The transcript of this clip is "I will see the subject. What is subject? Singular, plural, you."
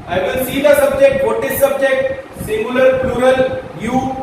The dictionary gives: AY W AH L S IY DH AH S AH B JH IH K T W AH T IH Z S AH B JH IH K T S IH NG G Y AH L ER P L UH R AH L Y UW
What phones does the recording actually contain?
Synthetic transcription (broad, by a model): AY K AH N S IY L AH S AH B JH IH K T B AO T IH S S AH B JH IH K T S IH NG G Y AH L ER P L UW R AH L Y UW